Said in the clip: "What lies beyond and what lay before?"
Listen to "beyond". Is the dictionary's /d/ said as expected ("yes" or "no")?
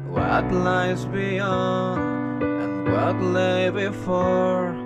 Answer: no